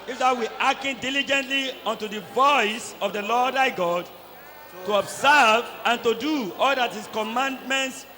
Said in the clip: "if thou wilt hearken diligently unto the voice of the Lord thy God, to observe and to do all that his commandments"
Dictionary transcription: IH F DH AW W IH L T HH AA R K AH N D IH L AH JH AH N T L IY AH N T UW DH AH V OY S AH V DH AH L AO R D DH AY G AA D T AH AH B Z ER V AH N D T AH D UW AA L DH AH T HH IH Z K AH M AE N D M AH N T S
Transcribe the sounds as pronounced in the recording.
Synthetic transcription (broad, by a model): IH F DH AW W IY T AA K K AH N D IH L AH JH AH N T L IY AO N T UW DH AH V OY S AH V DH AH L AO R D AY G AA D T AH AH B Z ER V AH N T AH D UW AA L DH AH T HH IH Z K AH M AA N D M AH N T S